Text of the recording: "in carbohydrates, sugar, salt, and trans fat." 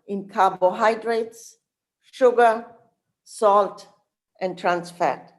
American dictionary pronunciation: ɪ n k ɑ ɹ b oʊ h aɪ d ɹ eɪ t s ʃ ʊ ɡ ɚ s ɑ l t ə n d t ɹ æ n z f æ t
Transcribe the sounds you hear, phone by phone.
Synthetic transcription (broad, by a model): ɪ n k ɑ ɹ b oʊ h aɪ d ɹ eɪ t s ʃ ʊ ɡ ɚ s ɑ l t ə n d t ɹ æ n s f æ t